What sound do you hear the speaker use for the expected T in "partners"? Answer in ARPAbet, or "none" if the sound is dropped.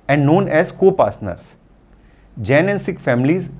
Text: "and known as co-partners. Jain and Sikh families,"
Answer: S